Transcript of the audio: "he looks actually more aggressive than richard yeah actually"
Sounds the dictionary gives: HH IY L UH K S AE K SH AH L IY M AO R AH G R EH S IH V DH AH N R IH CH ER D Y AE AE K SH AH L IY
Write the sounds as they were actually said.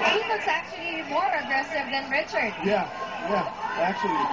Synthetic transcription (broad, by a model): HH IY W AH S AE K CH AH L IY M AO R AH G R EH S IH V DH AH N R IH CH ER D Y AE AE K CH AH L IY